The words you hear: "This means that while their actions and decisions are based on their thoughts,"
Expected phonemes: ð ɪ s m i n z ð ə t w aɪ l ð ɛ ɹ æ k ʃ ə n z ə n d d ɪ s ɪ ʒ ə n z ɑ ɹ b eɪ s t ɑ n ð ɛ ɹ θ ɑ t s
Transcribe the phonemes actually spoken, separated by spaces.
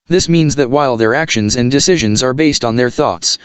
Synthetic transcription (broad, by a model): ð ɪ s m i n z ð ə t w aɪ l ð ɛ ɹ æ k ʃ ə n z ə n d d ɪ s ɪ ʒ ə n z ɑ ɹ b eɪ s t n ð ɛ ɹ θ ɑ t s